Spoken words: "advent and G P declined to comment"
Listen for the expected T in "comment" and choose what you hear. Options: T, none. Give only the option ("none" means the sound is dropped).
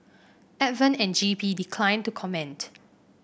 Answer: T